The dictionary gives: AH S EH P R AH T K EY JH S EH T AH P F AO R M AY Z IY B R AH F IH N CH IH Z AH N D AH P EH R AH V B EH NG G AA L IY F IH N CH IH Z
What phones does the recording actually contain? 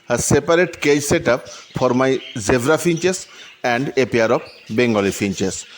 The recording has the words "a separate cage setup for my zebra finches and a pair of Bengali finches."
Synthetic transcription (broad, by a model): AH S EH P R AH T K EY JH S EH T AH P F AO R M AY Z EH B R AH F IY N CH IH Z AH N D AH P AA R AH B B EH NG G AA L IY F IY N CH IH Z